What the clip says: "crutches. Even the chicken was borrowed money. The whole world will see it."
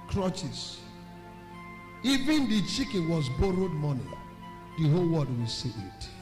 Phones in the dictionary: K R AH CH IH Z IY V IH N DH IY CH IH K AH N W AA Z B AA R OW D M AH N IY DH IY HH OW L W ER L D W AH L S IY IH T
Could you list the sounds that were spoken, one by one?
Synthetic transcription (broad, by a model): K R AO CH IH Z IY V IH N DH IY CH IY K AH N W AA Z B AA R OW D M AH N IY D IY HH OW L W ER D W AH L S IY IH T